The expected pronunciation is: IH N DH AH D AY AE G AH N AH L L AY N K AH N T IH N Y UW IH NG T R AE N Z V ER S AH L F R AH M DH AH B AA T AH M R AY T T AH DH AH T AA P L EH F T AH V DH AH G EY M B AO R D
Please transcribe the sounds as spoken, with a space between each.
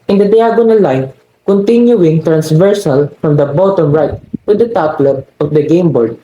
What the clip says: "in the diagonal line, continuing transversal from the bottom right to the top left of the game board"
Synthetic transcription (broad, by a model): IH N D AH D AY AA G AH N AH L L AY N K AH N T IH N Y UW IH NG T R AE N S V ER S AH L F R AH M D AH B AA T AH M R AY T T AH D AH T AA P L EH T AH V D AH G EY M B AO R D